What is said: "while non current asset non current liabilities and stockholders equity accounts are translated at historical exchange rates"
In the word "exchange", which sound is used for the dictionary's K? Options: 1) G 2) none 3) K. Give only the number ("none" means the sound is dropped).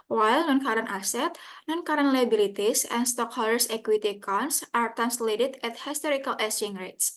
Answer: 2